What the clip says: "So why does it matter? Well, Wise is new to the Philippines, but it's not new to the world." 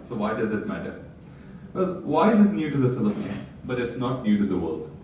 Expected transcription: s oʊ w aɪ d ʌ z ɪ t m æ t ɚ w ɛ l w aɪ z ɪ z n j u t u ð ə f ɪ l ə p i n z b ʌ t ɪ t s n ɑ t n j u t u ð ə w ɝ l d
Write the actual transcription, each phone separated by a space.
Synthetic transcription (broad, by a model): s oʊ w aɪ d ʌ z ɪ t m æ t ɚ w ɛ l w aɪ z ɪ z n j u t u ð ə f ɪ l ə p i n b ʌ t ɪ t s n ɑ t n j u t u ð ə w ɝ l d